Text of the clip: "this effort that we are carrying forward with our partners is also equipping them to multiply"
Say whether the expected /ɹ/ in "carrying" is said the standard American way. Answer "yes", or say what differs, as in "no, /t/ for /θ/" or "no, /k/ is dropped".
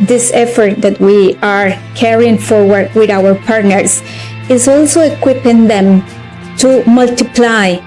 yes